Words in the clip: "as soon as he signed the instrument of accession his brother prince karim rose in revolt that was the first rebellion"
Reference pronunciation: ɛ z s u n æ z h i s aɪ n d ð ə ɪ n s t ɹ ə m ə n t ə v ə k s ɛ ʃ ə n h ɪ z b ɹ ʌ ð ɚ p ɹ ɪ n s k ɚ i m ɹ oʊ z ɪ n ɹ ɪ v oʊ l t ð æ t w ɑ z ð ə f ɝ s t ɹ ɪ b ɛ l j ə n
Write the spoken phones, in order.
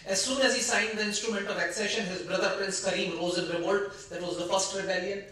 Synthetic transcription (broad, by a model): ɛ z s u n æ z h i s aɪ n d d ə ɪ n s t ɹ ə m ə n t ə v ə k s ɛ ʃ ə n h ɪ z b ɹ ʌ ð ɚ p ɹ ɪ n s k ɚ i m ɹ oʊ z ɪ n ɹ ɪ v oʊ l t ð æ t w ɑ z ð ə f ɝ s t ɹ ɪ b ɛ l j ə n